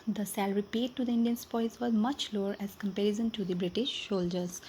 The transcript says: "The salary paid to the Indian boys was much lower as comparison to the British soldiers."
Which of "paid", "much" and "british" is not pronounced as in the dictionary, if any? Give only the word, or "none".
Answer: none